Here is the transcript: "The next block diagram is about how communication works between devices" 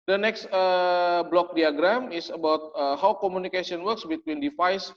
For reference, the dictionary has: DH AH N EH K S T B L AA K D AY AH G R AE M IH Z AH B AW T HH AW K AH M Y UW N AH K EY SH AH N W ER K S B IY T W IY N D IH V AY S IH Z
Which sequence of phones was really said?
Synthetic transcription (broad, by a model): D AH N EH K S T B L AA K D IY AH G R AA M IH S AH B AW T HH AW K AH M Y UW N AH K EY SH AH N W ER K S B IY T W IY N D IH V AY S